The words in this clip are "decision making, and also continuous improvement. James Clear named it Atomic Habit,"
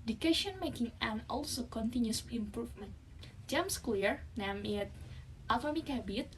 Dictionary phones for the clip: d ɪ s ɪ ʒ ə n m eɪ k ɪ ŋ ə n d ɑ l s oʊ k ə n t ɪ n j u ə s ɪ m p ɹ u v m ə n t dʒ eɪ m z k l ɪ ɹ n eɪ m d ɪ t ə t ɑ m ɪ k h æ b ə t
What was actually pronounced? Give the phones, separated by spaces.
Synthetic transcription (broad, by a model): d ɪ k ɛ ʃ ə n m eɪ k ɪ ŋ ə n ɑ l s oʊ k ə n t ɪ n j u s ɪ m p ɹ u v m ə n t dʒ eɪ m s k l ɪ ɹ n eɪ m ɪ t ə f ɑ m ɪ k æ b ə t